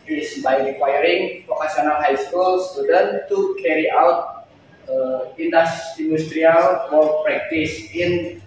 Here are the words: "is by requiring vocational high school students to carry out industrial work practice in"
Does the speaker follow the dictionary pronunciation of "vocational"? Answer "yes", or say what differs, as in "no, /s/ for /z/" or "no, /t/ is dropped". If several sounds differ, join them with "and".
no, /p/ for /v/